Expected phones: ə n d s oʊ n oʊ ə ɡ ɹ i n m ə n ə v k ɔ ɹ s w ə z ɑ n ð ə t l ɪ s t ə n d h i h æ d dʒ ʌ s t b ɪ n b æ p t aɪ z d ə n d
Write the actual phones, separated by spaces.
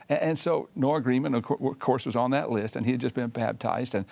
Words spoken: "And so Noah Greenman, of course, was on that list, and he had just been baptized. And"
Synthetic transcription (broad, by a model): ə n s oʊ n oʊ ə ɡ ɹ i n m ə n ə w k ɔ ɹ s w ə z n ð ə t l ɪ s t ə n i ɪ d dʒ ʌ s b ɪ n b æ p t aɪ z d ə n